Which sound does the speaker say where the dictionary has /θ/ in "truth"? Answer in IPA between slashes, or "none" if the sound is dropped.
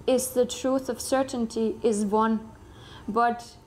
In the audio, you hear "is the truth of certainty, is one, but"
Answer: /θ/